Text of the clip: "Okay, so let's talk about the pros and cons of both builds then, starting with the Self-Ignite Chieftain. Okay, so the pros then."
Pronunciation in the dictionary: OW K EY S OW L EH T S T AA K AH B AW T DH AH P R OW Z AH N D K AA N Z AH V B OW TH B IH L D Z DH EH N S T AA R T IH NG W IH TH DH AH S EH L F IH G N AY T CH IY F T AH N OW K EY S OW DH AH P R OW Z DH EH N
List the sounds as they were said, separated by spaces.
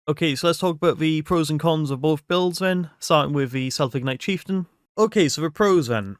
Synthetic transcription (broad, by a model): OW K EY S OW L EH T S T AA K AH B AW T DH AH P R OW Z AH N K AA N Z AH V B OW TH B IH L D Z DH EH N S T AA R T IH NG W IH DH AH S EH L F IH G N AY T CH IY F T AH N OW K EY S OW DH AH P R OW Z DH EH N